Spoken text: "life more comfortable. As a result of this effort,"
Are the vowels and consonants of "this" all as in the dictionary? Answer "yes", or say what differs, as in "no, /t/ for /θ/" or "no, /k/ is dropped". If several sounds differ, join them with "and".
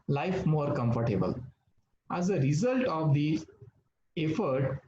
no, /s/ is dropped